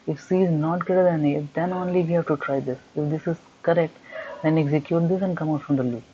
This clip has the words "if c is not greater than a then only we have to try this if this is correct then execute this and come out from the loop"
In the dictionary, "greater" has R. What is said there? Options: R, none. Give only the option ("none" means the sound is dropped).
none